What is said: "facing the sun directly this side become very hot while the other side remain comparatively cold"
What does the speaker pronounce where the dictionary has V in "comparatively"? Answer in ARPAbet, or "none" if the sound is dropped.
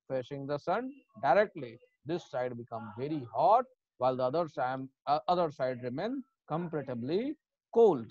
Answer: B